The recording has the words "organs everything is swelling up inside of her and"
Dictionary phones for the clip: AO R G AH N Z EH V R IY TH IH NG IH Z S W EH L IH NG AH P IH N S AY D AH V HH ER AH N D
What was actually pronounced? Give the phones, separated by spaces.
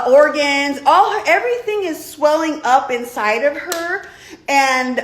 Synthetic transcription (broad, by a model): AO R G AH N Z EH V R IY TH IH NG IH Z S W EH L IH NG AH P IH N S AY D AH V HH ER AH N